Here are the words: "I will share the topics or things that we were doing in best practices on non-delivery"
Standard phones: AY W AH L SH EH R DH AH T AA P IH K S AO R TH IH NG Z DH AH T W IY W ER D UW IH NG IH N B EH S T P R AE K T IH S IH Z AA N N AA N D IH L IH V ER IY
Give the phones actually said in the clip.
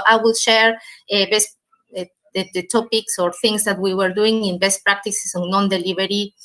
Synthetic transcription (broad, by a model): AY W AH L SH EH R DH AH T AA P IH K S AO R TH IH NG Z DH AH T W IY W ER D UW IH NG IH N B EH S T P R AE K T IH S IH S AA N N AA N D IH L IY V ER IY